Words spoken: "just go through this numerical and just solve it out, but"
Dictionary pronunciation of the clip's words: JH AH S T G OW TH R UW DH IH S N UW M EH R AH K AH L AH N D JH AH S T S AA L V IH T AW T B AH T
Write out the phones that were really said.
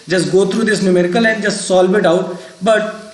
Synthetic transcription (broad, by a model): JH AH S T G OW T R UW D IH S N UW M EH R K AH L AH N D JH AH S T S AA L B IH T AW T B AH T